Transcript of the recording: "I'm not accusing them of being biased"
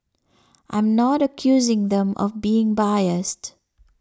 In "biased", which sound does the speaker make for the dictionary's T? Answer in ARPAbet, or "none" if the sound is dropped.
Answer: T